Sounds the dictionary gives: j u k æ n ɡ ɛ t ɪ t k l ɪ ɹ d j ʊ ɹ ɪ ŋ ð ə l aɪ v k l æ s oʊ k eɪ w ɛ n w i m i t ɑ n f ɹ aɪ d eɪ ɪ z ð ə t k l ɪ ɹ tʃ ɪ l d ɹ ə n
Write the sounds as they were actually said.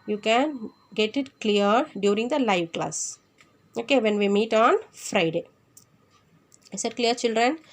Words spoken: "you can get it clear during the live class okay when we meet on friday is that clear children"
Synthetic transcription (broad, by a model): j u k æ n ɡ ɛ t ɪ t k l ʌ ɹ d j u ɹ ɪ ŋ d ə l aɪ v k l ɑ s oʊ k eɪ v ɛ n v i m i t ɑ n f ɹ aɪ d eɪ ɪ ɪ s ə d k l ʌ ɹ tʃ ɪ l d ɹ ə n